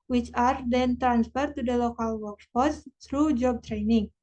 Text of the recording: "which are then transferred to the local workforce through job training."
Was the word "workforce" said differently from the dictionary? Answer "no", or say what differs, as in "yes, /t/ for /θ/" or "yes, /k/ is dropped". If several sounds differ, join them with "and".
yes, /p/ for /f/